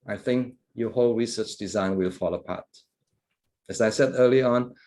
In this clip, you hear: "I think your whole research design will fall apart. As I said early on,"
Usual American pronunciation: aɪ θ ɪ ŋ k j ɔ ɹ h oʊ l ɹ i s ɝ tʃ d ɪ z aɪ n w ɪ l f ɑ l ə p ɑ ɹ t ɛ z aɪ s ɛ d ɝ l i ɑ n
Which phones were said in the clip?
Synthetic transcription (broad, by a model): aɪ θ ɪ ŋ k j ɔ h oʊ l ɹ i s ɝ tʃ d ɪ z aɪ n w ɪ l f ɑ l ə p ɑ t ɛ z aɪ s ɛ d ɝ l i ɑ n